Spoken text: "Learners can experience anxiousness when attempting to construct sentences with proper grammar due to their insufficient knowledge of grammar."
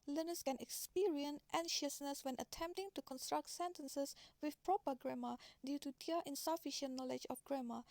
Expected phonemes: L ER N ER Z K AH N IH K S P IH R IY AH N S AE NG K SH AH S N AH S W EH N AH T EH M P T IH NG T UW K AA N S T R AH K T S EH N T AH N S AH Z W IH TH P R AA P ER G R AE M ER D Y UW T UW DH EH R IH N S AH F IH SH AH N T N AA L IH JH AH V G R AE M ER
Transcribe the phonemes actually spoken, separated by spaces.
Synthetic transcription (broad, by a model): L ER N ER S K AH N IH K S P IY R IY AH N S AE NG SH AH S N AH S W EH N AH T EH M P T IH NG T UW K AA N S T R AH K T S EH N T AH N S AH S W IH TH P R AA P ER G R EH M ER D Y UW T UW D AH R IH N S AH F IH SH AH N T N AA L IH JH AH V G R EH M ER